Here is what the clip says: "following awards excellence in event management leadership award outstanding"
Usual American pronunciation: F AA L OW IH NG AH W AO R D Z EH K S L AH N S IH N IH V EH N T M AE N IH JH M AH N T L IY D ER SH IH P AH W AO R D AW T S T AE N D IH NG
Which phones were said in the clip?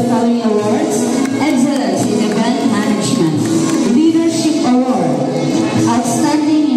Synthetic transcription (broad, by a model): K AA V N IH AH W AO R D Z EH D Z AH S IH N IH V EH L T M AE N IH JH M AH N T L IY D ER SH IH P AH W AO R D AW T S T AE N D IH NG